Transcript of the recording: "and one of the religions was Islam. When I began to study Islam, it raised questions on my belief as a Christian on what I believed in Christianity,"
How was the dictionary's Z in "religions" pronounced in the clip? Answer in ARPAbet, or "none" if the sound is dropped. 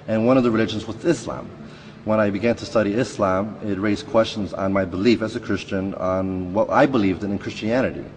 Z